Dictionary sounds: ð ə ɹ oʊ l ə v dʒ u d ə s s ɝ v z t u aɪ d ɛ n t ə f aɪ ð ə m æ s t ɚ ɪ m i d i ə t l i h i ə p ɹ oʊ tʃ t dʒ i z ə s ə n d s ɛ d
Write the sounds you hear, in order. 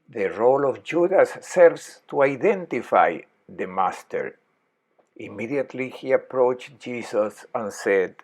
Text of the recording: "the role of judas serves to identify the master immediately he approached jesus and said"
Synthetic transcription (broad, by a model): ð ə ɹ oʊ l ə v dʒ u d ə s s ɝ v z t u aɪ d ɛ n t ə f aɪ ð ə m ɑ s t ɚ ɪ m i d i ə t l i h i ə p ɹ oʊ tʃ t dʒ i s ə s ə n s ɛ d